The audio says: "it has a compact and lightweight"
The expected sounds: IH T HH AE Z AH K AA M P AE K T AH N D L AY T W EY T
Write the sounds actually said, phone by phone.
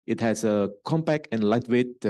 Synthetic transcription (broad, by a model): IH T HH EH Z AH K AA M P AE K AH N L AY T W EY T